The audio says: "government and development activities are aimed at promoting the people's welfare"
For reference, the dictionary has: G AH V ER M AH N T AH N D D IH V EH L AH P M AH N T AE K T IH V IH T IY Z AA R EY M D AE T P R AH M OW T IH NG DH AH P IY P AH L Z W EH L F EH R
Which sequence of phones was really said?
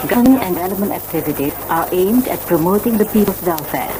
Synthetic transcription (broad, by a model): G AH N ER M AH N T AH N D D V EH L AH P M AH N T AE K T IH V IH T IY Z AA R EY M D AE T P R AH M OW T IH NG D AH P IY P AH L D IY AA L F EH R